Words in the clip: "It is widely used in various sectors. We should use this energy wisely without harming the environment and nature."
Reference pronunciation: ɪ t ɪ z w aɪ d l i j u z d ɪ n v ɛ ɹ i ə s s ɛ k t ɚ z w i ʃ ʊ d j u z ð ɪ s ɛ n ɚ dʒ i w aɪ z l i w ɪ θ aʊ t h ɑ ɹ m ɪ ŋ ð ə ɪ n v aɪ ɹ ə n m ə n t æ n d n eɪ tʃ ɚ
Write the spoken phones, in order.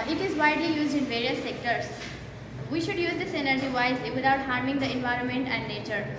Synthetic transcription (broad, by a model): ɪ t ɪ z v aɪ d l i j u z d ɪ n v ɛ ɹ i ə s s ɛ k t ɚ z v i ʃ ʊ d j u z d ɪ s ɛ n ɚ dʒ i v aɪ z l i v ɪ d aʊ t h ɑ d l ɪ ŋ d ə ɪ n v aɪ ɹ ə n m ə n t æ n d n eɪ tʃ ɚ